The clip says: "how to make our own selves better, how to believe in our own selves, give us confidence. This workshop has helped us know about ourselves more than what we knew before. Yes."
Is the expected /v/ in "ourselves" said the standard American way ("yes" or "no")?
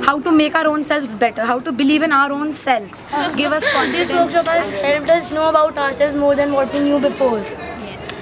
no